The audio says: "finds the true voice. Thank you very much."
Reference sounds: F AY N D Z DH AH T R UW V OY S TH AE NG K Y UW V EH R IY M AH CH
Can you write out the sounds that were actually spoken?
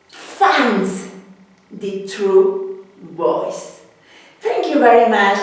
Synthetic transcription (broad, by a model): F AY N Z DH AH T UW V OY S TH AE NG K Y UW V EH R IY M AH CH